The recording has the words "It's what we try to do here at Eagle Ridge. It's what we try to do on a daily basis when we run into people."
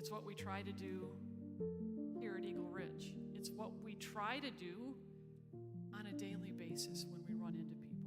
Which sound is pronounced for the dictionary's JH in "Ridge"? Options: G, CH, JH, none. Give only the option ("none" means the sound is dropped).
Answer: CH